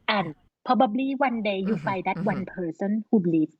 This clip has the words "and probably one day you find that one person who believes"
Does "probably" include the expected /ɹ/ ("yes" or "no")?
no